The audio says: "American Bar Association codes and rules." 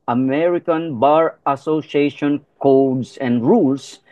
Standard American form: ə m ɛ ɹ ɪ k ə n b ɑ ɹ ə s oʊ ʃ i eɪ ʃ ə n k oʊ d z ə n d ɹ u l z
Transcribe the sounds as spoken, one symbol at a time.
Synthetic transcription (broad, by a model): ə m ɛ ɹ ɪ k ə n b ɑ ɹ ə s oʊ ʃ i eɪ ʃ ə n k oʊ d s ə n d ɹ u l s